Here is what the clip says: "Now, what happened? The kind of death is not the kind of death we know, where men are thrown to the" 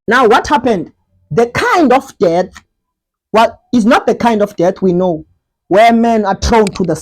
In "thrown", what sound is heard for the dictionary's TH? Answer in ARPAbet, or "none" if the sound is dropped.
T